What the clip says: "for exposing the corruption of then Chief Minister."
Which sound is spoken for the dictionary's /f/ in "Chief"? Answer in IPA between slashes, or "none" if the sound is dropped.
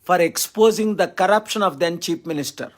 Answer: /p/